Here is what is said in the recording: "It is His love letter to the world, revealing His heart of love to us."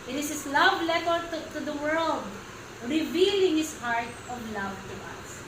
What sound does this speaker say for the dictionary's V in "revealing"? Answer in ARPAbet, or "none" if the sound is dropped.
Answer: V